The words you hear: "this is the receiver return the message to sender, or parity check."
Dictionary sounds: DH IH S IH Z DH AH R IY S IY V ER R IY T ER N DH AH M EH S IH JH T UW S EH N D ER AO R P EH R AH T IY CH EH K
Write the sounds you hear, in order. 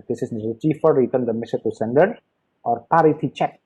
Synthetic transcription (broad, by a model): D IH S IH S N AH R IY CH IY F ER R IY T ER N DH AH M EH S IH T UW S EH N D ER AO R P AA R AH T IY CH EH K